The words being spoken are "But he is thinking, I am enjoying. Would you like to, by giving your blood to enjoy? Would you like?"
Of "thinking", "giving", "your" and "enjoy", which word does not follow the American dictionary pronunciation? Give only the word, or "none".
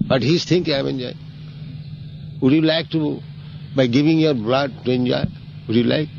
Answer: thinking